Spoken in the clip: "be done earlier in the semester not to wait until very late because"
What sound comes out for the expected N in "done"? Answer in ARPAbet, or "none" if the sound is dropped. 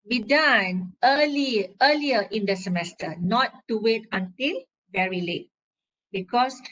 L